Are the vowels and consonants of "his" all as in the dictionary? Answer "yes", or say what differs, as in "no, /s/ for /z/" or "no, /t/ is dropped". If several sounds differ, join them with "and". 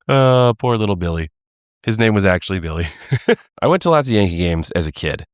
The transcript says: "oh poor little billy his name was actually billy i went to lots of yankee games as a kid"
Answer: yes